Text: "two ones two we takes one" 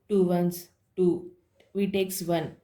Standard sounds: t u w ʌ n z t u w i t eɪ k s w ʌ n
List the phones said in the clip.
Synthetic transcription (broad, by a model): t u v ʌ n s t u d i t eɪ k s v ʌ n